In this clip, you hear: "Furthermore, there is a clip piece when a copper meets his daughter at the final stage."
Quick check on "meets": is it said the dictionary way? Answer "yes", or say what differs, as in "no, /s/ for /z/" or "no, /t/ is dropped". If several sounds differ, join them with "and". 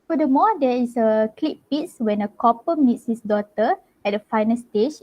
yes